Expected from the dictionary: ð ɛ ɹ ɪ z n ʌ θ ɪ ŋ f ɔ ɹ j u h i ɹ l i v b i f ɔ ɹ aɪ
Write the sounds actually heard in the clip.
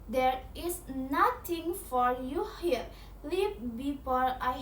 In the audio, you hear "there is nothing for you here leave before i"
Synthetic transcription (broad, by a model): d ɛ ɹ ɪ s n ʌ t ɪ ŋ f ɔ ɹ j u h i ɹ l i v b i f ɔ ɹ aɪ